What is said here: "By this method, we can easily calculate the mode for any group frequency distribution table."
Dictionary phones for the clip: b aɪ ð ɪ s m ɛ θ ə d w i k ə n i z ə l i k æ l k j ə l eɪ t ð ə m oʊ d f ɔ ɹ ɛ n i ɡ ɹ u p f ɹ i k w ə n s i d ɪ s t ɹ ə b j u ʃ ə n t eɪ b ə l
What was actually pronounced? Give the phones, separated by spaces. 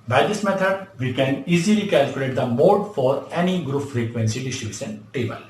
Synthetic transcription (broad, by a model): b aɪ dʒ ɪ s m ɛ t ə d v i k ə n i z ə l i k æ l k j ə l eɪ t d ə m oʊ d f ɔ ɹ ɛ n i ɡ ɹ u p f ɹ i k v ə n s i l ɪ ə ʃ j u s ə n t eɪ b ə l